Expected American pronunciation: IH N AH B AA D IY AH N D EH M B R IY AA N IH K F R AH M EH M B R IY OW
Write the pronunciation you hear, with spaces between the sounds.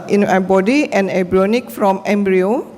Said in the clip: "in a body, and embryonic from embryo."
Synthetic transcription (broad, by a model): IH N AH B AA D IY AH N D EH B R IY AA N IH K F R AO M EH M B R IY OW